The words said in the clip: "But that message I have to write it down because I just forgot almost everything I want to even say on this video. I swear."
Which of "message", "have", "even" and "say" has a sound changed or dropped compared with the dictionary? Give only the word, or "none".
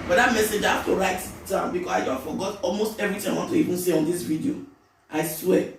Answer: have